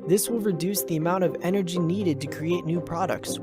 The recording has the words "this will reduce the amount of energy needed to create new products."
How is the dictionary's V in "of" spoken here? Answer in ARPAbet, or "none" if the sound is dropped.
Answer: V